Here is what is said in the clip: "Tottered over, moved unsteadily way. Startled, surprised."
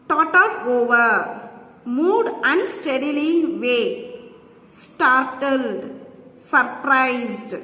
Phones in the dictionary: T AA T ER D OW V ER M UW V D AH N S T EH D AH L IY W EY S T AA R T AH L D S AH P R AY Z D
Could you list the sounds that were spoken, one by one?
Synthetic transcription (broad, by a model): T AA T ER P OW V ER M UW D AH N S T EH D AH L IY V EY S T AA R T AH L D S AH P R AY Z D